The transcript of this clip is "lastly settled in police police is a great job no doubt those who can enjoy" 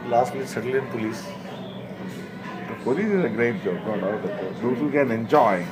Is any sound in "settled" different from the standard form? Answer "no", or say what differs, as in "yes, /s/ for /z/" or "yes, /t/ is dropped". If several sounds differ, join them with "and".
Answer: yes, /d/ is dropped